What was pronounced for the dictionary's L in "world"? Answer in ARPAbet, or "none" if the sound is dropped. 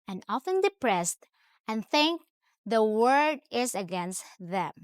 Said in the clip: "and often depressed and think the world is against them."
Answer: none